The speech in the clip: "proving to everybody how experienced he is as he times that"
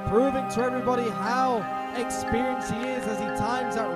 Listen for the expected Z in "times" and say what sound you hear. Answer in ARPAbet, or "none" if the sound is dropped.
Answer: Z